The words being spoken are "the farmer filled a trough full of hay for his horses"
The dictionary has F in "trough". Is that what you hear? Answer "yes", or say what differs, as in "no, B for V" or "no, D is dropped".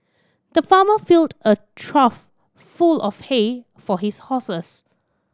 yes